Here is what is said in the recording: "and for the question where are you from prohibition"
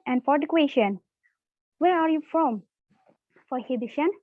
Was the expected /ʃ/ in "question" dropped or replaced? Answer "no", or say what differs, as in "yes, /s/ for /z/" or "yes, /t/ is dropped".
no